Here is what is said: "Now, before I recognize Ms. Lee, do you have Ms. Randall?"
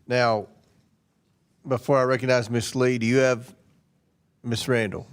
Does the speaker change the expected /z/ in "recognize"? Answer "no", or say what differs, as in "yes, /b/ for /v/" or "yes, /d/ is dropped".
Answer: no